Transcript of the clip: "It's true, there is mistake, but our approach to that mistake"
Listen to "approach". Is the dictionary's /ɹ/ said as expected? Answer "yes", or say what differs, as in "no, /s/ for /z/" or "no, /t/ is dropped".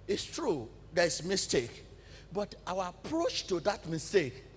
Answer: yes